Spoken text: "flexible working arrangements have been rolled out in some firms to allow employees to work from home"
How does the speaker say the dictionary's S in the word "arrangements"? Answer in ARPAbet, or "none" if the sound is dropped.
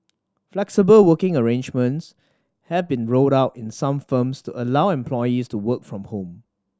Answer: S